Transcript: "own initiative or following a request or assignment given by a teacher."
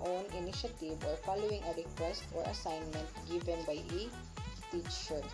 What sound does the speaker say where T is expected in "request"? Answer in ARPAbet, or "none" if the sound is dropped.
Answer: T